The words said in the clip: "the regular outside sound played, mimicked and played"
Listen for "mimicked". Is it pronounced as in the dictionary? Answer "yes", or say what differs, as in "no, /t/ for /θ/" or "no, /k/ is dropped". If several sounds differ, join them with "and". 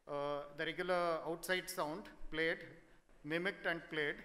yes